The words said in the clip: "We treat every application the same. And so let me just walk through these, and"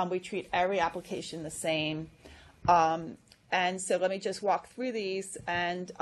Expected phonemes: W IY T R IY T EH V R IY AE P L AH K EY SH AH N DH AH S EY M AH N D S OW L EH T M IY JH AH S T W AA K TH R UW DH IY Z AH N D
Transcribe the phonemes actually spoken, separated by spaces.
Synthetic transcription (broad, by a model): W IY T R IY T EH V R IY AE P L AH K EY SH AH N DH AH S EY M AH N S OW L EH T M IY JH AH S T W AA K TH R UW DH IY Z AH N